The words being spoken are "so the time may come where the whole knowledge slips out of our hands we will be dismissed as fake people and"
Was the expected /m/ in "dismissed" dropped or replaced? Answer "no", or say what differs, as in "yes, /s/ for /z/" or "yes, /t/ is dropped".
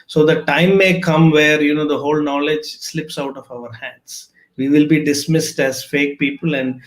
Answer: no